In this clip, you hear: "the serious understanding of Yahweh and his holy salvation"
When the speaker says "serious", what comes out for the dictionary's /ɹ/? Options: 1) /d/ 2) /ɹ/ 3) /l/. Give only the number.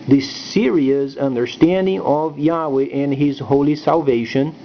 2